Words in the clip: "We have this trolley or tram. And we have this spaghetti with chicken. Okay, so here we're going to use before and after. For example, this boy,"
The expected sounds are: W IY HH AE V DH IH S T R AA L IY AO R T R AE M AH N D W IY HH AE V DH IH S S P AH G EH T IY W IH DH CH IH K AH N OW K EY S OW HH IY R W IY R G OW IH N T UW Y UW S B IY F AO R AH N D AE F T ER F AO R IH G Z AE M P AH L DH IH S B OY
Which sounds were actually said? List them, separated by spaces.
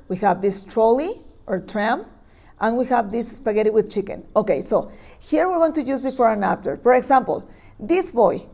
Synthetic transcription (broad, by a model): W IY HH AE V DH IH S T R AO L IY AO R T R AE M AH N W IY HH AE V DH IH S S P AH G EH T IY W IH DH CH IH K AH N OW K EY S OW HH IY R W IY R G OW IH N T UW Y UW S B IY F AO R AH N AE P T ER F AO R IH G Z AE M P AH L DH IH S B OY